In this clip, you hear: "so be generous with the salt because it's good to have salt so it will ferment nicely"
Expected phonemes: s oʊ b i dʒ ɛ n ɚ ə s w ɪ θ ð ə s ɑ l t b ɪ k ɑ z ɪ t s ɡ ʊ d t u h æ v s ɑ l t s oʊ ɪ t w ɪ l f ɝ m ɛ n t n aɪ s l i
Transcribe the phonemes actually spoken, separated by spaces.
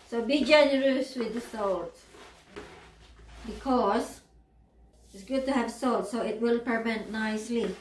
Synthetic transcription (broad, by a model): s oʊ b i dʒ ɛ n ɚ ə s w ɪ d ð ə s ɑ l t b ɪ k ɑ s ɪ t s ɡ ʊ d t u h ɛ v s ɑ l t s oʊ ɪ t w ɪ l p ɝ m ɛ n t n aɪ s l i